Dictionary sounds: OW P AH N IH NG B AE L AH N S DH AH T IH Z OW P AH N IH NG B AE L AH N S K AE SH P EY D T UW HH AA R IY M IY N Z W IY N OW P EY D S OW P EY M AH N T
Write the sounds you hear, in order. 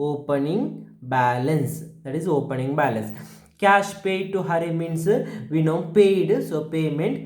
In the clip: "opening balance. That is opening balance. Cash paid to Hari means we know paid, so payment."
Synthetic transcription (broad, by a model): OW P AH N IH NG B AE L AH N S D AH T IH Z OW P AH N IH NG B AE L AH N S K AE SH P EY D T UW HH AA R IY M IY N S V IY N OW P EY D S OW P EY M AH N T